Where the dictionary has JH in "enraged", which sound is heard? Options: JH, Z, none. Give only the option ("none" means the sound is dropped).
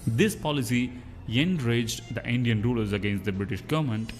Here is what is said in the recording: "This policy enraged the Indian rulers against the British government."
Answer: JH